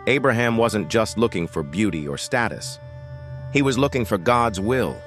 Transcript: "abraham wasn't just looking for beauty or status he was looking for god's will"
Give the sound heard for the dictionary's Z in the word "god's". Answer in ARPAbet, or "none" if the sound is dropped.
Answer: Z